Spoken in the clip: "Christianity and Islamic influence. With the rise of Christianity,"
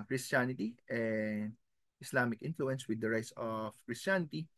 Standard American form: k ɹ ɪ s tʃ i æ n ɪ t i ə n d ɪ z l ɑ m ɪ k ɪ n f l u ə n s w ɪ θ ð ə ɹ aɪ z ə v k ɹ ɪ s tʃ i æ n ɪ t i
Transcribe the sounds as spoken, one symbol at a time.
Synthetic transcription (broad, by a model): k ɹ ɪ s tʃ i n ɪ t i ə n d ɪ s l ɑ m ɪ k ɪ n f l u ə n s w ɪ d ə ɹ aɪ s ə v k ɹ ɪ s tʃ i n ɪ t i